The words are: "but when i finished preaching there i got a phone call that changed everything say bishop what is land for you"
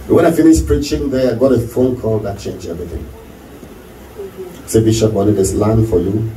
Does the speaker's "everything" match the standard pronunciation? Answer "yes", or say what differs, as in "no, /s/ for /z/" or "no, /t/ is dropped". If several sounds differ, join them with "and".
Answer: yes